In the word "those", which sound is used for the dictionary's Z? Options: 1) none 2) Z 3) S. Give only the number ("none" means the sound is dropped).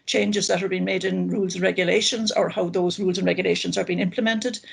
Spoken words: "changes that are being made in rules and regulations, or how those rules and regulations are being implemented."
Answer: 2